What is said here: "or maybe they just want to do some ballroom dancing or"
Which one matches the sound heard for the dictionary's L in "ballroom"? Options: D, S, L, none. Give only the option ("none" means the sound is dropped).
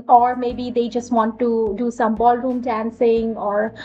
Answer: L